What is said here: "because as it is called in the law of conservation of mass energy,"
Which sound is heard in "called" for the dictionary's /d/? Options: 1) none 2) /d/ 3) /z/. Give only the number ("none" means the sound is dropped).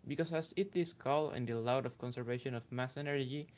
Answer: 1